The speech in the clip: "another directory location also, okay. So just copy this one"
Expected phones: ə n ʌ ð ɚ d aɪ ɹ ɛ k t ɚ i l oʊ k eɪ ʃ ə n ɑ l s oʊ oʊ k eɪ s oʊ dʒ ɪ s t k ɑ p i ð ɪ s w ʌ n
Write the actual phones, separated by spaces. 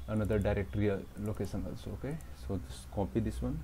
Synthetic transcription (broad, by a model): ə n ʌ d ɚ d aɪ ɹ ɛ k t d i l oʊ k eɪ s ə n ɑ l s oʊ oʊ k eɪ s oʊ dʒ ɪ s k ɑ p i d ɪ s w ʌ n